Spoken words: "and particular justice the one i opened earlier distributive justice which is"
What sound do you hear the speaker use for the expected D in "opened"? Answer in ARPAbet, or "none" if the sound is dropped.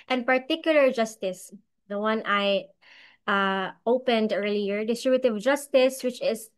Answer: D